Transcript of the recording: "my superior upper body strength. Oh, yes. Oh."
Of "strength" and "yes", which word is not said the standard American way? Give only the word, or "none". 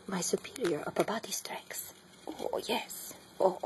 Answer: strength